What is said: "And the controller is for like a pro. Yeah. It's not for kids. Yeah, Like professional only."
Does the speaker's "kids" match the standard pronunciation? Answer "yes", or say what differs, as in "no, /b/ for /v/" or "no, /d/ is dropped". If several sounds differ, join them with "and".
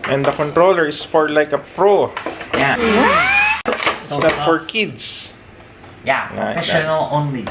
no, /s/ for /z/